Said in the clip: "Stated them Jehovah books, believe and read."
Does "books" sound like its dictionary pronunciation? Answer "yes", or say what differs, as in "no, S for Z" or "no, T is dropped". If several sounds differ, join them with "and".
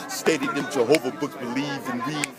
no, S is dropped